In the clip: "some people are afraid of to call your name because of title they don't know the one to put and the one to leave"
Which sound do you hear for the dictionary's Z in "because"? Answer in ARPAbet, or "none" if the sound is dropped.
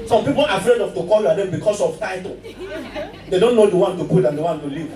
S